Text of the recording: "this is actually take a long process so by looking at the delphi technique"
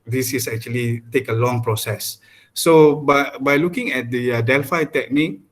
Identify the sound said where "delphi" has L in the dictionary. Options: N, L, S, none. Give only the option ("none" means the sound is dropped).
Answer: L